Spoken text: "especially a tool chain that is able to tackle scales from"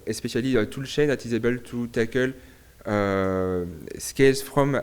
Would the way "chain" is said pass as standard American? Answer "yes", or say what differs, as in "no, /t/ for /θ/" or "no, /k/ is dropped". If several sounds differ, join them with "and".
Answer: no, /ʃ/ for /tʃ/